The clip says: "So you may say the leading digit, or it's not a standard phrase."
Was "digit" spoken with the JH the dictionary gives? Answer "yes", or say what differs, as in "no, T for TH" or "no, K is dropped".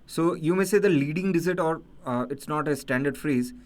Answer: no, Z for JH